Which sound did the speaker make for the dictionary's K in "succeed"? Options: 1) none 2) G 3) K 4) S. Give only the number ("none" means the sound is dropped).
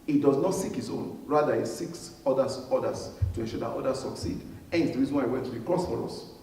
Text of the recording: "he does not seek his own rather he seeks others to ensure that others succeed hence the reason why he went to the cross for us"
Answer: 3